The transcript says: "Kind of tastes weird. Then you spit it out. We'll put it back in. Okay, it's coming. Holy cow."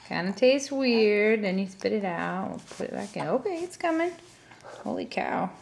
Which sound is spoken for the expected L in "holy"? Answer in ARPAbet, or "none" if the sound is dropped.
L